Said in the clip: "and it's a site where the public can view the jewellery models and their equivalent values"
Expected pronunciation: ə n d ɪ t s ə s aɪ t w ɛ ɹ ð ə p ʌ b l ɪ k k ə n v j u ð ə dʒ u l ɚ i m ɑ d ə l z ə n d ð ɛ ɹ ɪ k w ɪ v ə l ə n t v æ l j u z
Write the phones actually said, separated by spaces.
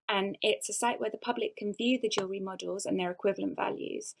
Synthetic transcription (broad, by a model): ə n ɪ t s ə s aɪ t w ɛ ð ə p ʌ b l ɪ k k ə n v j u ð ə dʒ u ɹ i m ɑ d ə l z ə n ð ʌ ɹ ɪ k w ɪ v ə l ə n t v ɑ l j u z